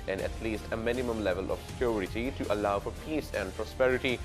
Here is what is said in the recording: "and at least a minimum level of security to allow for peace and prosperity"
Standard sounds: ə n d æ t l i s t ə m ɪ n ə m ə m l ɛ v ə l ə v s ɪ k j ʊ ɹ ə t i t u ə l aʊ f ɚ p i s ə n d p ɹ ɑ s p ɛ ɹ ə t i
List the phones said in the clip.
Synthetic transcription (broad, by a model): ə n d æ t l i s t ə m ɪ n ə m ə m l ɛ v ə l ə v s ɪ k j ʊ ɹ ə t i t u ə l aʊ f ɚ p i s ə n d p ɹ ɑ s p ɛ ɹ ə t i